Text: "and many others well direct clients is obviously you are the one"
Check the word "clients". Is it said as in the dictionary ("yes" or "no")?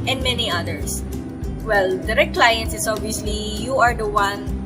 yes